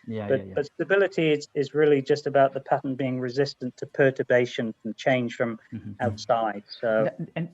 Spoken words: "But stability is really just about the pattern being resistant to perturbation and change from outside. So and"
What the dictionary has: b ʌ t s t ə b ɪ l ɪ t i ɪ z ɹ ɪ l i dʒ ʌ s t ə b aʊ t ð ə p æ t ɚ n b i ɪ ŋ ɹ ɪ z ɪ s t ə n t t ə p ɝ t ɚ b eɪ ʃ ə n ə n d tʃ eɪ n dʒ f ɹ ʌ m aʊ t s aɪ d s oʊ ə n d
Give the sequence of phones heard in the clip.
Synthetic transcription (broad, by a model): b ʌ t s t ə b ɪ l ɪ t i ɪ z ɹ ɪ l i dʒ ʌ s t ə b aʊ t ð ə p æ t n b i ɪ ŋ ɹ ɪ z ɪ s t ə n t t ə p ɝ t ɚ b eɪ ʃ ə n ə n tʃ eɪ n ʒ f ɹ ʌ m aʊ t s aɪ d s oʊ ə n